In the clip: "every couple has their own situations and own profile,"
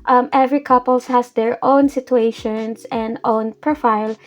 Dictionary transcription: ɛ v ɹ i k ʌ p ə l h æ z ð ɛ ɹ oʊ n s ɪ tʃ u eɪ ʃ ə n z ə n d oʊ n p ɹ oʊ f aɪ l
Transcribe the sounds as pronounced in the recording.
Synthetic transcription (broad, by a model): ɛ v ɹ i k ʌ p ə l h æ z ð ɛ ɹ oʊ n s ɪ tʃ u eɪ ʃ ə n s ə n d oʊ n p ɹ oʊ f aɪ l